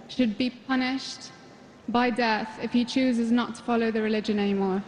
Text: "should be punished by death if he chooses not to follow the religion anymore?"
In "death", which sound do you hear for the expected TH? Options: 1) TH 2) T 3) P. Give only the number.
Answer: 1